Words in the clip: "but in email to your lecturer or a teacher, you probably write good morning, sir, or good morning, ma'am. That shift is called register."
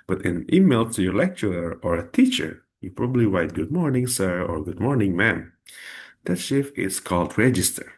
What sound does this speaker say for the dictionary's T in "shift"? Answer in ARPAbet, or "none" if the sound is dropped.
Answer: none